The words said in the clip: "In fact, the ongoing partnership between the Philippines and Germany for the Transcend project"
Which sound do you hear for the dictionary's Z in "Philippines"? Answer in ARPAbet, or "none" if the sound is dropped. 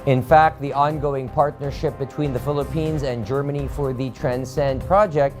Z